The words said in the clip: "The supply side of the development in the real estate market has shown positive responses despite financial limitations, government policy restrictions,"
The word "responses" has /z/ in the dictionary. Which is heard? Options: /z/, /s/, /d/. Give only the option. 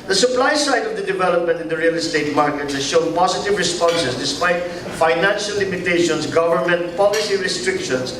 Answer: /s/